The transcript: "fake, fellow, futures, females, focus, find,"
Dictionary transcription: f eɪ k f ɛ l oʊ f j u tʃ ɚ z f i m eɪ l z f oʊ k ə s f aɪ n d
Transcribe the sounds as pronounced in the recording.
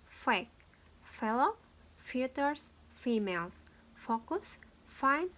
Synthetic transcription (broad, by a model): f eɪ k f ɛ l oʊ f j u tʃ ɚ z f i m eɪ l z f oʊ k ə s f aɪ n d